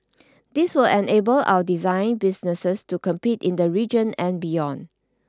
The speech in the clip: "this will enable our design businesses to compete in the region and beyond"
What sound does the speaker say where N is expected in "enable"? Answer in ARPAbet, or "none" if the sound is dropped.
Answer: N